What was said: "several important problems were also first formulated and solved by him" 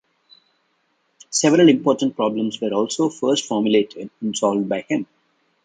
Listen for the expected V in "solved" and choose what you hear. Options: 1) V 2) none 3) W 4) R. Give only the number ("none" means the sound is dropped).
1